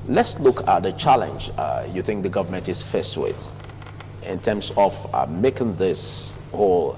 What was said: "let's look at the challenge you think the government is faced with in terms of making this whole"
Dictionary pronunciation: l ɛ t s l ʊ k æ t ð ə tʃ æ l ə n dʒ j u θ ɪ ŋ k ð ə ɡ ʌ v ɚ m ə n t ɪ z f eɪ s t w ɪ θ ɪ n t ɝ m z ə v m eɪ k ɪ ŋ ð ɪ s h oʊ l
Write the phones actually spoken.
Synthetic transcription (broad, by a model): l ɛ t s l ʊ k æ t ð ə tʃ æ l ə n dʒ j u θ ɪ ŋ k ð ə ɡ ʌ v ɚ m ə n t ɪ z f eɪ s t w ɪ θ ɪ n t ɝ m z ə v m eɪ k ɪ ŋ ð ɪ s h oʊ l